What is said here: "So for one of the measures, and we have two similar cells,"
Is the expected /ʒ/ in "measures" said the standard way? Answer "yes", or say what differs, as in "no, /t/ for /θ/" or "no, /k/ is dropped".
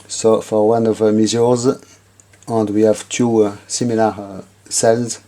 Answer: no, /z/ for /ʒ/